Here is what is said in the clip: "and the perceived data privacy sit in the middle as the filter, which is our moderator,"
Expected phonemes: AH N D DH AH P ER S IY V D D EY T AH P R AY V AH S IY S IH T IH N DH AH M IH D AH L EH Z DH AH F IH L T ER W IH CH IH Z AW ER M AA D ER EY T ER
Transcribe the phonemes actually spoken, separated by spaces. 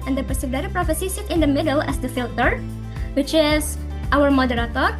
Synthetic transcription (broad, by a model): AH N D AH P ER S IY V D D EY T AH P R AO F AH S IY S IH T IH N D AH M IH D AH L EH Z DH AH F IH L T ER W IH CH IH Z AW ER M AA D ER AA T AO